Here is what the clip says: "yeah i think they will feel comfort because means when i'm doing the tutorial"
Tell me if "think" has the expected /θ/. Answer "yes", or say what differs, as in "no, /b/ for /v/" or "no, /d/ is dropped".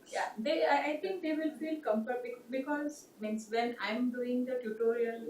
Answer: no, /t/ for /θ/